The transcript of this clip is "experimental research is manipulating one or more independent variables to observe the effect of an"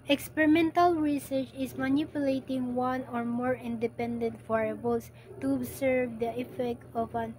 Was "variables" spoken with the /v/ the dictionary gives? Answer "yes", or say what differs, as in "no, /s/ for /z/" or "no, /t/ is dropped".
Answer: no, /f/ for /v/